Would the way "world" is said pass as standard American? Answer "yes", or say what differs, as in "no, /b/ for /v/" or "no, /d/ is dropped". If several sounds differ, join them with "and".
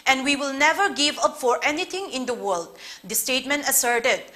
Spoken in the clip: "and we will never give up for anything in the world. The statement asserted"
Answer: yes